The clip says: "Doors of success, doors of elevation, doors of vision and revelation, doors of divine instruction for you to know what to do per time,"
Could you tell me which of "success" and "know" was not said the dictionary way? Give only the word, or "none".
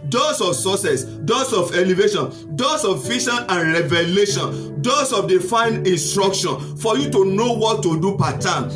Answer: success